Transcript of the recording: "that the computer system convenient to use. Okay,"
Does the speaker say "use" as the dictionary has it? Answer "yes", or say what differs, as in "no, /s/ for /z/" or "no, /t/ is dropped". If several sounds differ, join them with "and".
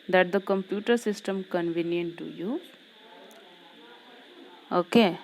no, /s/ is dropped